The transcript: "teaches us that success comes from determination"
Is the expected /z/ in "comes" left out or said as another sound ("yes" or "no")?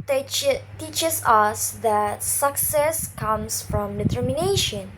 yes